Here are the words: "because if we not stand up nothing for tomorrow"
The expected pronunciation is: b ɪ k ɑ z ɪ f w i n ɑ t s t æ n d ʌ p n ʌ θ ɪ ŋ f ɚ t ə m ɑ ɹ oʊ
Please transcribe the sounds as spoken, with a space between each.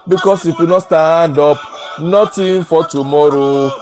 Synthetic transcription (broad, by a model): b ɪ k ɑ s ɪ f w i n ɑ t s t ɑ n d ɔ p n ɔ t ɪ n f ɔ t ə m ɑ ɹ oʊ